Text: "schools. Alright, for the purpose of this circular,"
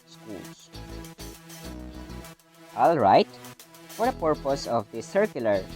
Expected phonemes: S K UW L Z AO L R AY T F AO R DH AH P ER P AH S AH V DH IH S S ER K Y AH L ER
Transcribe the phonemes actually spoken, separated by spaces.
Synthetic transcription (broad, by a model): S K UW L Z AO L R AY T F AO R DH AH P ER P AH S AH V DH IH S S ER K Y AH L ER